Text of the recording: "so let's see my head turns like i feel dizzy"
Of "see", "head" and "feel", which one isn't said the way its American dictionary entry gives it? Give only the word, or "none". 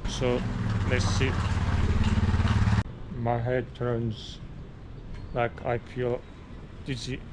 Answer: feel